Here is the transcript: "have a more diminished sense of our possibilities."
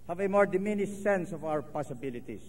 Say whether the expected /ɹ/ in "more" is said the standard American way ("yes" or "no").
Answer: yes